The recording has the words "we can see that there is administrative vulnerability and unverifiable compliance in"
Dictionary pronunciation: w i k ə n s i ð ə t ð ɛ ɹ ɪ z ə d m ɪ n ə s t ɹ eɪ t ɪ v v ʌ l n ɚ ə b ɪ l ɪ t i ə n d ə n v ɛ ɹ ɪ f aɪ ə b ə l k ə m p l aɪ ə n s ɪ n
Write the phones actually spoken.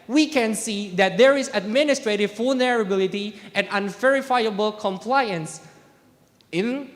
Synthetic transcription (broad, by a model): w i k ə n s i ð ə t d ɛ ɹ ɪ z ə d m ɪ n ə s t ɹ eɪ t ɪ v f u l n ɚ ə b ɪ l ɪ t i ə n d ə n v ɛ ɹ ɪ f aɪ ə b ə l k ə m p l aɪ ə n s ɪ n